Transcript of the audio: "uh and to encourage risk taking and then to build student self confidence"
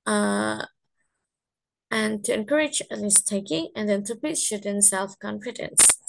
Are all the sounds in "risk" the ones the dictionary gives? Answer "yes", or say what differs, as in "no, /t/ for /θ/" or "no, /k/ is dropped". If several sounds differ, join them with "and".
no, /l/ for /ɹ/